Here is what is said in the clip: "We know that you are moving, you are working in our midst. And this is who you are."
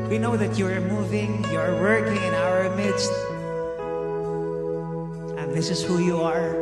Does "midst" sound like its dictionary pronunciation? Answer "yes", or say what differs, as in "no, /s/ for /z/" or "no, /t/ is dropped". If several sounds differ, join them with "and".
yes